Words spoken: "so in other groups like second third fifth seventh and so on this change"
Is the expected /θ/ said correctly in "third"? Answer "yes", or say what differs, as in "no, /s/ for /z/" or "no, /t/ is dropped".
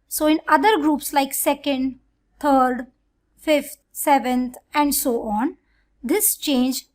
no, /t/ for /θ/